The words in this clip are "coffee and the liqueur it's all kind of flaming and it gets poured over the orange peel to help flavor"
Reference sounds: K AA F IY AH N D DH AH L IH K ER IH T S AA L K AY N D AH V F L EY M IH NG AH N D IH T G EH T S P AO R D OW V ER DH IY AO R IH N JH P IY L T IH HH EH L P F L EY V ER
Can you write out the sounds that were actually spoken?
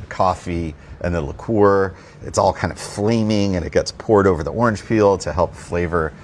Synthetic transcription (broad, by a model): K AA F IY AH N DH AH L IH K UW IH T S AA L K AY N AH V F L EY M IH NG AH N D IH T G EH T S P AO R D OW V ER DH IY AO R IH N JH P IY L T IH HH EH L P F L EY V ER